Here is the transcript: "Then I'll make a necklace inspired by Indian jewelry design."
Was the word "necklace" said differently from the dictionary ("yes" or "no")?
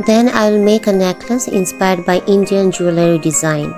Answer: yes